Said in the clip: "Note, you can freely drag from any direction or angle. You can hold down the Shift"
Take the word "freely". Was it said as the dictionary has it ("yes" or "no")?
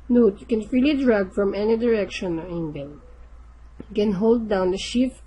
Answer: yes